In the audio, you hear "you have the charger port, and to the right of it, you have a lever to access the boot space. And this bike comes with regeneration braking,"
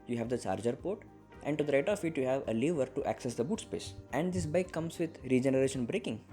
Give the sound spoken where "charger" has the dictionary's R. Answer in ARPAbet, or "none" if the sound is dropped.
R